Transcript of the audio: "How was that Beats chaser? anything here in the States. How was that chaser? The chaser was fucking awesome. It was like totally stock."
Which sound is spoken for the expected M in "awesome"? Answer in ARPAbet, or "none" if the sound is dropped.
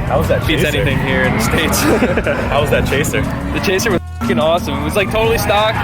M